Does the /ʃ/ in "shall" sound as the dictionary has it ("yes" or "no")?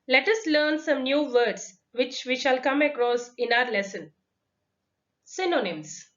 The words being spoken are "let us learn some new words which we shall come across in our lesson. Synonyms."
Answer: yes